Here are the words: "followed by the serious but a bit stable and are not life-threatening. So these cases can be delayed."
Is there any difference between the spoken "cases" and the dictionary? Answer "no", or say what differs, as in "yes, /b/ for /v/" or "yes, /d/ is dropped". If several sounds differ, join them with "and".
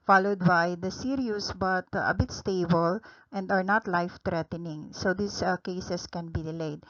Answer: yes, /s/ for /z/